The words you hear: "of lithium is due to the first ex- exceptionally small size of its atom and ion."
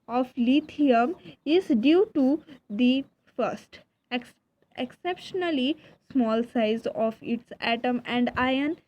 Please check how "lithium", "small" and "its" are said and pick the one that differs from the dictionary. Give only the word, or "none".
lithium